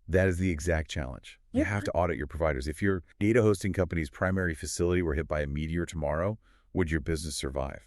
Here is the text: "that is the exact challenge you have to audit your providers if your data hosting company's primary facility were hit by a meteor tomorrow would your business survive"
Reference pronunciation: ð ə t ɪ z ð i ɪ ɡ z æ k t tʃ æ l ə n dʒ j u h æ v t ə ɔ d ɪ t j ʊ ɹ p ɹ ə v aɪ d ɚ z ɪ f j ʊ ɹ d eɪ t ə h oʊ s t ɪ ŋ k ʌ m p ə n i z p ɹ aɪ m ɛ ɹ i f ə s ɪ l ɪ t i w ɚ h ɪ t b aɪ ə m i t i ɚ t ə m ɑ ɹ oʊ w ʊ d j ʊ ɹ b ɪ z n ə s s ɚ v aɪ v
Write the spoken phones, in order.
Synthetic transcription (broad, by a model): ð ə t ɪ z ð i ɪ ɡ z æ k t tʃ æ l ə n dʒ j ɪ h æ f t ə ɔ d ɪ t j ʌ ɹ p ɹ ə v aɪ d ɚ z ɪ f j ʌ ɹ d eɪ t ə h oʊ s t ɪ ŋ k ʌ m p ə n i z p ɹ aɪ m ɛ ɹ i f ə s ɪ l ɪ t i w ɚ h ɪ t b aɪ ə m i t i ɚ t ə m ɑ ɹ oʊ w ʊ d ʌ ɹ b ɪ z n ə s s ɚ v aɪ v